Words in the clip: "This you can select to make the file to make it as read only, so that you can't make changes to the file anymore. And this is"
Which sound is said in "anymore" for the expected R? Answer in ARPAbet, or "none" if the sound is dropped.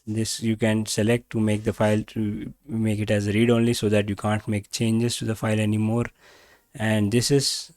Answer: R